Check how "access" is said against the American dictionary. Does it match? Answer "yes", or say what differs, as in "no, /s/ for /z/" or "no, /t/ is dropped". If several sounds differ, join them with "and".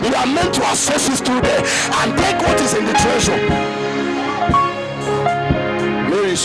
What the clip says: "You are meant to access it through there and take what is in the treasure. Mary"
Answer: no, /k/ is dropped